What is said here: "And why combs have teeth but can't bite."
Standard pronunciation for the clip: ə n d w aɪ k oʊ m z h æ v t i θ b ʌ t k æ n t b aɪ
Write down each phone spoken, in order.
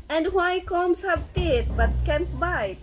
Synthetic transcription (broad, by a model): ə n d w aɪ k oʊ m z h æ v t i t b ʌ t k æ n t b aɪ